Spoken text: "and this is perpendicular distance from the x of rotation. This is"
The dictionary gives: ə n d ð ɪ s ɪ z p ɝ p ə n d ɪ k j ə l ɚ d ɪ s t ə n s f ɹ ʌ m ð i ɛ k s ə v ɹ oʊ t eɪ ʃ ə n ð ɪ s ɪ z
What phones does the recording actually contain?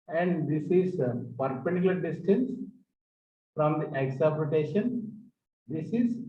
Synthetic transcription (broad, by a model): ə n d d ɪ s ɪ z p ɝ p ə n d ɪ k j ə l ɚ d ɪ s t ə n s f ɹ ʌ m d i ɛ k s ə p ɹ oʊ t eɪ ʃ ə n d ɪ s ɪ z